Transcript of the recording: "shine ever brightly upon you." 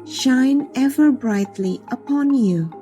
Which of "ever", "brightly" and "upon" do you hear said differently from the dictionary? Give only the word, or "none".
none